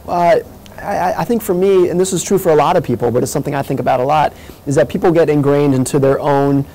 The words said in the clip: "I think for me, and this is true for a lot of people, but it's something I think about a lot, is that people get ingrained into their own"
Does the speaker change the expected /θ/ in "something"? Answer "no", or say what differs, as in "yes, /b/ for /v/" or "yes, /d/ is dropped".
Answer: no